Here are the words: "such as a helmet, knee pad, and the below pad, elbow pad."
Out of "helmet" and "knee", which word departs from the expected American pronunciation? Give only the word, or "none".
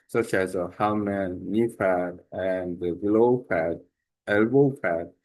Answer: helmet